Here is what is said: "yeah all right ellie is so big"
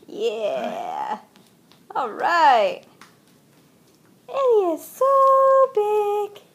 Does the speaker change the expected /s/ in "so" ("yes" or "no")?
no